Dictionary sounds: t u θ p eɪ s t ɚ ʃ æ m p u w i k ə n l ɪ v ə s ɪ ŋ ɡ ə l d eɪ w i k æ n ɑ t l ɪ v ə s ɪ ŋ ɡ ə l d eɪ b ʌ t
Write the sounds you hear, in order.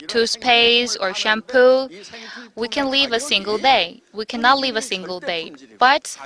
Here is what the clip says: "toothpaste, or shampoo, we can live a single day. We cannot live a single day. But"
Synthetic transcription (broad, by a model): t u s p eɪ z ɚ ʃ æ m p u w i k ə n l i v ə s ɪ ŋ ɡ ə l d eɪ w i k æ n ɑ t l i v ə s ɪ ŋ ɡ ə l d eɪ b ʌ t